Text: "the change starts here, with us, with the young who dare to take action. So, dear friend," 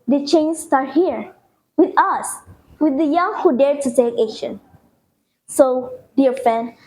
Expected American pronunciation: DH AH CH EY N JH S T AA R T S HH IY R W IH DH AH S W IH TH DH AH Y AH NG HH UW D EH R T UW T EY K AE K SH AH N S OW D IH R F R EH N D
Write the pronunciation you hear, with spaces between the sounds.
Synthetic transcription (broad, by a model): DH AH CH EY N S T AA R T HH IY R W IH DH AH S W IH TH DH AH Y AH NG HH UW D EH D T UW S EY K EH SH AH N S OW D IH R F R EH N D